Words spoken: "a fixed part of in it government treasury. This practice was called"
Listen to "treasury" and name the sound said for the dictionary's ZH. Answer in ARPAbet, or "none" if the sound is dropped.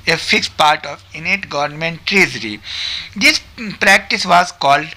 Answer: Z